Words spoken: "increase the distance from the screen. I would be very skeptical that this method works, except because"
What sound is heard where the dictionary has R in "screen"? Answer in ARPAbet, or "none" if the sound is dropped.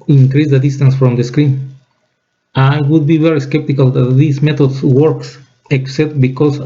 R